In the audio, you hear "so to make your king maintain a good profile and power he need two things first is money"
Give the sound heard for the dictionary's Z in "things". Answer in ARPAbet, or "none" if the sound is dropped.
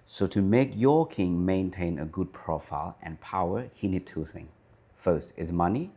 none